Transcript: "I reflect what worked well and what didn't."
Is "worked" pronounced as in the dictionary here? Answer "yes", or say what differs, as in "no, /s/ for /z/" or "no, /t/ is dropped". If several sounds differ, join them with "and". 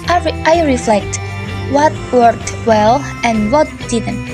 no, /k/ is dropped